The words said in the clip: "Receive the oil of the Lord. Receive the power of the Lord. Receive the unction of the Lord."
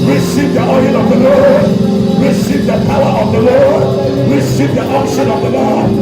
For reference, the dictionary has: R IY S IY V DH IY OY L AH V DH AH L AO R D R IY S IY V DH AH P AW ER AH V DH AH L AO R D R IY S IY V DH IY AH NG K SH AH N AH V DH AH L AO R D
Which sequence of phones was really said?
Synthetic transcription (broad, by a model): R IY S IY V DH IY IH N AH V DH AH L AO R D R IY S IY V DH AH P AW ER AH V DH AH L AO R D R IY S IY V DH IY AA K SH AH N AH V DH AH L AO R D